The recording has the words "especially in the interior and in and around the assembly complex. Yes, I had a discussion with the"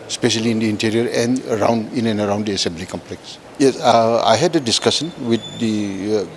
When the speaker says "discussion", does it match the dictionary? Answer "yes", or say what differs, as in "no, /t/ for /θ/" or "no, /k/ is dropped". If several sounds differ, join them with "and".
no, /s/ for /ʃ/